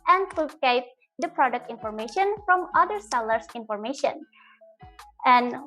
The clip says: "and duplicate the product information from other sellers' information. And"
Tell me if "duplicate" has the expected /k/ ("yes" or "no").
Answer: no